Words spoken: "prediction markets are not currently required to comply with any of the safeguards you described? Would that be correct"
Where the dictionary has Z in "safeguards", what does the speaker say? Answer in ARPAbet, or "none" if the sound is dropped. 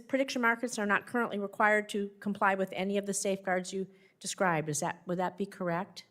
Z